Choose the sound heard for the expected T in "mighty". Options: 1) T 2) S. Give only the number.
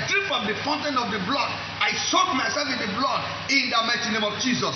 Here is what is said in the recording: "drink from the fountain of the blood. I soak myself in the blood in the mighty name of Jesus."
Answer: 2